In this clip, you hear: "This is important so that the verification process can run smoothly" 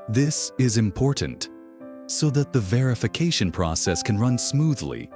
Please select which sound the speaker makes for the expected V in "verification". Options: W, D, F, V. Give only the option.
V